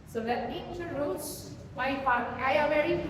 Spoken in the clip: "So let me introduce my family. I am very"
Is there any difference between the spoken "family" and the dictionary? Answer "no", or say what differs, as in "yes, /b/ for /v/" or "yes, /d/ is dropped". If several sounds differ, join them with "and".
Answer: yes, /l/ is dropped